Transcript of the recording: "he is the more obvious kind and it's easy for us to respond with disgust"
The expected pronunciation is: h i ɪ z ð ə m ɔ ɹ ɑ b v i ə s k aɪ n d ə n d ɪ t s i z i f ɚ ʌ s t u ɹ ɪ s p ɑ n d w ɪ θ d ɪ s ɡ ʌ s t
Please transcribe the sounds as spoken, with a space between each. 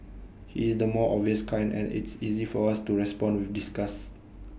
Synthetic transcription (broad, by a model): h i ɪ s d ə m ɔ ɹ ɑ v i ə s k aɪ n d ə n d ɪ t s i z i f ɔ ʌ s t u ɹ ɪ s p ɑ n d w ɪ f d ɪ s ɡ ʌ s